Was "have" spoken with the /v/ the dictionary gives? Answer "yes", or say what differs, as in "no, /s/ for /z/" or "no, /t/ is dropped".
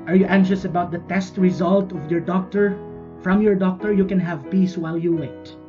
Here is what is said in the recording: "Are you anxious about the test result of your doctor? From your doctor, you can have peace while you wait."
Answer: yes